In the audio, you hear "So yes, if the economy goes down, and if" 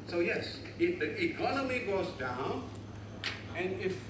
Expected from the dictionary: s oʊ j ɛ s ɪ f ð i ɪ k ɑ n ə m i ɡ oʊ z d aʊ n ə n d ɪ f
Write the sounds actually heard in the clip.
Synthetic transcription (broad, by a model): s oʊ j ɛ s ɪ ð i ɪ k ɑ n ə m i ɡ oʊ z d aʊ n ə n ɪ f